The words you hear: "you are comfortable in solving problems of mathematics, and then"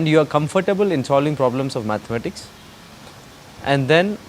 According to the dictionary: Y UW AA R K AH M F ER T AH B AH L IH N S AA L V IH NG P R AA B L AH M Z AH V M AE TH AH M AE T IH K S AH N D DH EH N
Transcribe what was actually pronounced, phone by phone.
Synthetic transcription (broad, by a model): Y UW AA R K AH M F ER T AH B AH L IH N S AA L V IH NG P R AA B L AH M S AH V M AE T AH M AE T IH K S AH N D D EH N